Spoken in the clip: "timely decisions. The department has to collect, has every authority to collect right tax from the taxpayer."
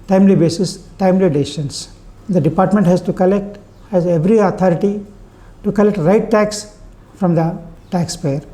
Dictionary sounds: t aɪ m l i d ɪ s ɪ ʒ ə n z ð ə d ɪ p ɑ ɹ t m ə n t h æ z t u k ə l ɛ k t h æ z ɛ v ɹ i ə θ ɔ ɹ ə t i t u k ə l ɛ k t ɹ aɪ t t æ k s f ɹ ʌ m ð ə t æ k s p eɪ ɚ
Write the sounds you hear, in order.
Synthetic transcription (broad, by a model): t aɪ m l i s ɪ s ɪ ʃ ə n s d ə d ɪ p ɑ ɹ t m ə n t h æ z t u k ə l ɛ k t h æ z ɛ v ɹ i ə t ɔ ɹ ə t i t u k ə l ɛ k t ɹ aɪ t t æ k s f ɹ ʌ m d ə t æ k s p eɪ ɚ